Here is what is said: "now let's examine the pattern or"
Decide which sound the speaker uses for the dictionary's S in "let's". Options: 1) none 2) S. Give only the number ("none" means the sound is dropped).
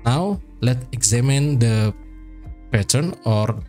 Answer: 1